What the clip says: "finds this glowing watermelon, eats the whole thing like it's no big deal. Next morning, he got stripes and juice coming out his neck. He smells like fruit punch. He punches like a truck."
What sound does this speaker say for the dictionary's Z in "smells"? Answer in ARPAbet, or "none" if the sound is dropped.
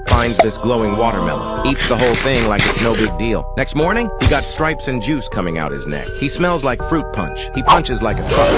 Z